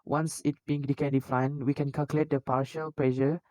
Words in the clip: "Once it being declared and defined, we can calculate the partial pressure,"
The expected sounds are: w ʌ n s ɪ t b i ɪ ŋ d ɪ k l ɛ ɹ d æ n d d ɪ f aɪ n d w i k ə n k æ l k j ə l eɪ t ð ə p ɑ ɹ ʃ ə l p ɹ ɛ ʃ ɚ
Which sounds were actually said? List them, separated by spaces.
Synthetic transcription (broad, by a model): w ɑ n s ɪ t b i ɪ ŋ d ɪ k ɛ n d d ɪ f aɪ n w i k ə n k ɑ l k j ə l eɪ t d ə p ɑ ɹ ʃ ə l p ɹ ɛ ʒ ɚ